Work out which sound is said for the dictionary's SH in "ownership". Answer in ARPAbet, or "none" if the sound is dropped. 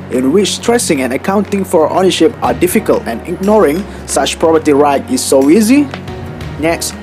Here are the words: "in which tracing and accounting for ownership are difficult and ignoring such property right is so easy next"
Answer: SH